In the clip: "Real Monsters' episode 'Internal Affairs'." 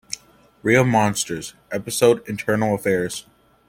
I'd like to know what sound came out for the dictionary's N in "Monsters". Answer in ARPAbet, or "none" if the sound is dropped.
N